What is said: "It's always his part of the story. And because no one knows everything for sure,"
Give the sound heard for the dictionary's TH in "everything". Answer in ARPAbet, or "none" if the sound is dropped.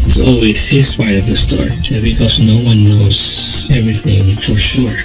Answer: TH